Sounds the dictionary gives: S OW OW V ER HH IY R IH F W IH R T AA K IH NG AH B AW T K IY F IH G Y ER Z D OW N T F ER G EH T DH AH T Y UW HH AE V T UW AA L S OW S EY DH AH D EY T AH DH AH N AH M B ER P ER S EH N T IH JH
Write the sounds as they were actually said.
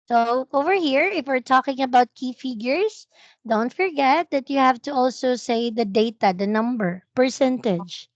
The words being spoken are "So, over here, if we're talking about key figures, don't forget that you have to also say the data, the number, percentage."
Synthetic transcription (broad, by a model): S OW OW V ER HH IY R IH F W IH R T AA K IH NG AH B AW T K IY F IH G Y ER S D OW N T F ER G EH T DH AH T Y UW HH AE V T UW AA L S OW S EY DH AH D EY T AH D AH N AH M B ER P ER S EH N T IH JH